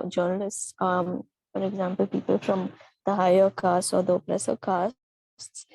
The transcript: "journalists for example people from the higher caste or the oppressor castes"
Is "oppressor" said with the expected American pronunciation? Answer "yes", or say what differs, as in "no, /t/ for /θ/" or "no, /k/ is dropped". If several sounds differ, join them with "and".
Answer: no, /l/ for /ɹ/